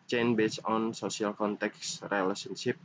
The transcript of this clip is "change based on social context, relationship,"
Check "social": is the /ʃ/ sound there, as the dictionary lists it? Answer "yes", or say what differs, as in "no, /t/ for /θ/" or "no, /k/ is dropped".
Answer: no, /s/ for /ʃ/